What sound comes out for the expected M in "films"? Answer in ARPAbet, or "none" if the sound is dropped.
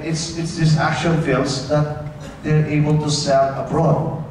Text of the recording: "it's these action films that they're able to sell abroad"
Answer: none